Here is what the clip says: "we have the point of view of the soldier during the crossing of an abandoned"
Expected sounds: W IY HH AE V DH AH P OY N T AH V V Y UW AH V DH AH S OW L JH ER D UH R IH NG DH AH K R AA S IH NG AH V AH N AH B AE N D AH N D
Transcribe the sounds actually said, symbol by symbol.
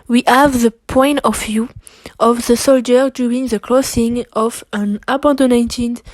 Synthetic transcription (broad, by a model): W IY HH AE V DH AH P OY N T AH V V Y UW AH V DH AH S OW L JH ER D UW R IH NG DH AH K L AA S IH NG AH V AH N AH B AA N D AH N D